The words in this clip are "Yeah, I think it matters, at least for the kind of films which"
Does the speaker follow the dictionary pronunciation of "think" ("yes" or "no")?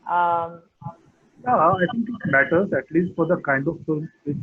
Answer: no